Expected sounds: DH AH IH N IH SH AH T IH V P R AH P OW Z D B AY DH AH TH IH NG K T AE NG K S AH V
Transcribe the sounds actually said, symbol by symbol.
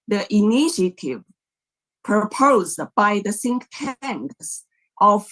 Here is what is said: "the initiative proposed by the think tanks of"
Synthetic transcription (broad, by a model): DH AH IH N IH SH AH T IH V P R AH P OW Z D B AY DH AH S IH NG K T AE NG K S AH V